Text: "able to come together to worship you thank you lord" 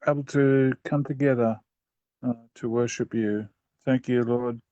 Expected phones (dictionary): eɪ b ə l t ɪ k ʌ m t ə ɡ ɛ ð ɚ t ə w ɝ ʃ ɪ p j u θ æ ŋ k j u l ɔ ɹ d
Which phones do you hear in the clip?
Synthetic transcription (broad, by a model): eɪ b l t ɪ k ʌ m t ə ɡ ɛ ð ɚ t ə w ɝ ʃ ɪ p j u θ æ ŋ k j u l ɔ ɹ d